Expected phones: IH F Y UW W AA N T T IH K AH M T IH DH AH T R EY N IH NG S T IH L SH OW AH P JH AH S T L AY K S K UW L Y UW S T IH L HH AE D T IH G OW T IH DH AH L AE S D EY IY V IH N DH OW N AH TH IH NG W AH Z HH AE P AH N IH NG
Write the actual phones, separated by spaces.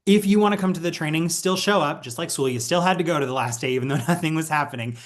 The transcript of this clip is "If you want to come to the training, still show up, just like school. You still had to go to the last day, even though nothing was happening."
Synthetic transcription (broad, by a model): IH F Y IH W AA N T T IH K AH M T IH DH AH T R EY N IH NG S T IH L SH OW AH P JH AH S T L AY K S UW L Y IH S T IH L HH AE D T IH G OW T IH DH AH L AE S D EY IY V N DH OW N AH TH IH NG W AH Z HH AE P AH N IH NG